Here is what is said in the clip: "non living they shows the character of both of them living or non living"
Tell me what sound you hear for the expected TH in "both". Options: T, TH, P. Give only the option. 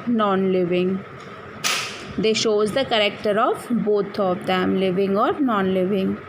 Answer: T